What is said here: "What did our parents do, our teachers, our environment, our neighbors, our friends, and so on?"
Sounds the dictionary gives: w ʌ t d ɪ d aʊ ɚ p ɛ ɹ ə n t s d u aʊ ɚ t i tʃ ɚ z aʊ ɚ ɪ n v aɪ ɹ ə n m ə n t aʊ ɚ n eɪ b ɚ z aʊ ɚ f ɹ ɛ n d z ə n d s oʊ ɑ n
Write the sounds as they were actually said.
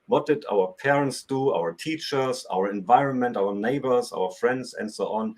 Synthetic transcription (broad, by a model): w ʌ t d ɪ d aʊ ɚ p ɛ ɹ ə n t s d u aʊ ɚ t i tʃ ɚ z aʊ ɚ ɪ n v aɪ ɹ ə n m ə n t aʊ ɚ n eɪ b ɚ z aʊ ɚ f ɹ ɛ n d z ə n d s oʊ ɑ n